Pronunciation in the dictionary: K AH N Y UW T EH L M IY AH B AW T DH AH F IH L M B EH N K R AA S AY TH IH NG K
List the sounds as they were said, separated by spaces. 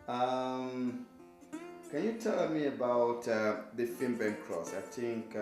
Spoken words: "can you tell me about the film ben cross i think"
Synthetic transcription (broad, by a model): K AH N Y UW T EH L M IY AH B AW T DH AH F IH M B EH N K R AA S AY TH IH NG K